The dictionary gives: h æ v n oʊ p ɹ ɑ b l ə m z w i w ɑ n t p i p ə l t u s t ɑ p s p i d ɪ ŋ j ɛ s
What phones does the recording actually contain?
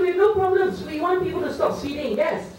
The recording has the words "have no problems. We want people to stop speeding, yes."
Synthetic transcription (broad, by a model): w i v n oʊ p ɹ ɑ b l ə m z w i w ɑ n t p i p ə l t u s t ɑ p s i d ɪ ŋ j ɛ s